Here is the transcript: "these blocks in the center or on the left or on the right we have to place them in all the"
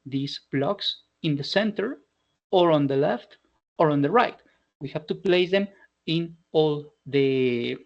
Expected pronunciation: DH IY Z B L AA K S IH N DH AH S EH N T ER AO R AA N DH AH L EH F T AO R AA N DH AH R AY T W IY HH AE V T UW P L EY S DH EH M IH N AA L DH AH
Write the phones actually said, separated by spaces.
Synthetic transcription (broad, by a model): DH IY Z B L AA K S IH N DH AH S EH N T ER AO R AA N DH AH L EH F T AO R AA N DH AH R AY T W IY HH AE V T UW P L EY S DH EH M IH N AA L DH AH